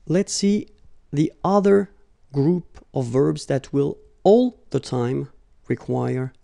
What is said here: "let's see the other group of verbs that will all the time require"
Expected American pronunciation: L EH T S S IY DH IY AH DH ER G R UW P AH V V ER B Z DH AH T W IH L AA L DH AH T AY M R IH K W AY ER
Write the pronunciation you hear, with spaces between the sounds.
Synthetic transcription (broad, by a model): L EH T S S IY DH IY AH DH ER G R UW P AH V V ER B Z DH AH T W IH L AA L DH AH T AY M R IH K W AY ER